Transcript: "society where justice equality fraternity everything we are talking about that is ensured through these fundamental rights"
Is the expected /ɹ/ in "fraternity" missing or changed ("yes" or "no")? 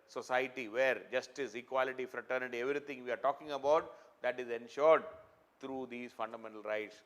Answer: no